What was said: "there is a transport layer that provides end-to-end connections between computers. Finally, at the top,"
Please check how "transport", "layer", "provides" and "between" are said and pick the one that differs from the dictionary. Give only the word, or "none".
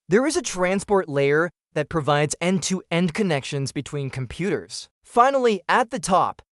none